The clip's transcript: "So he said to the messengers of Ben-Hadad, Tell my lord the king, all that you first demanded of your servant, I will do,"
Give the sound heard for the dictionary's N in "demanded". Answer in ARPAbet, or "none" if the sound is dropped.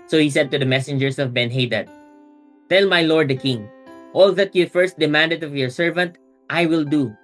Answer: N